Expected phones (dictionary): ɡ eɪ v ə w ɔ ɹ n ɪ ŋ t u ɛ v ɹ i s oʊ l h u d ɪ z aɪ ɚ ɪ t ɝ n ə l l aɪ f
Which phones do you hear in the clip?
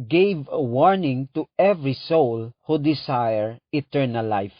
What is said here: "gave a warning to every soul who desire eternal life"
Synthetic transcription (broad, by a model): ɡ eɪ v w ɔ ɹ n ɪ ŋ t u ɛ v ɹ i s oʊ l h u d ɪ s aɪ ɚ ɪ t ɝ n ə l l aɪ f